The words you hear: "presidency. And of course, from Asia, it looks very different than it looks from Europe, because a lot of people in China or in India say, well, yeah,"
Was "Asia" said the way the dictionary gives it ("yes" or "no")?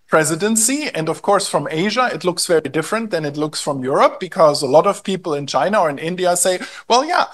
yes